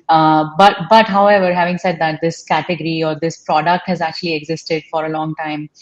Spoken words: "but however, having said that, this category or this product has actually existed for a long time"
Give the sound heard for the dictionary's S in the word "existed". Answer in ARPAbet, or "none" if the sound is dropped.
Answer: S